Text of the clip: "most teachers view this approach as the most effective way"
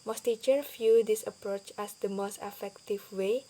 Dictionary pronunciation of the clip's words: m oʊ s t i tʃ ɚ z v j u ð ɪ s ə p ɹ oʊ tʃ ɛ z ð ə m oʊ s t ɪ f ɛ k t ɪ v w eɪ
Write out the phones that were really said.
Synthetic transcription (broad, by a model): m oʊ s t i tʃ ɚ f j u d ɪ s ə p ɹ oʊ tʃ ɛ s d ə m oʊ s t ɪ f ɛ k t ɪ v w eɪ